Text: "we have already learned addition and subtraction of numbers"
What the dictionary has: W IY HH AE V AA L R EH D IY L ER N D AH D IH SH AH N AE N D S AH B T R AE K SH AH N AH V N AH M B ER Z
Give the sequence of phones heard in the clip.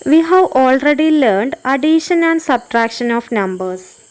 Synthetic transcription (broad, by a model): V IY HH AE V AA L R EH D IY L ER N D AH D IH SH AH N AE N D S AH B T R AE K SH AH N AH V N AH M B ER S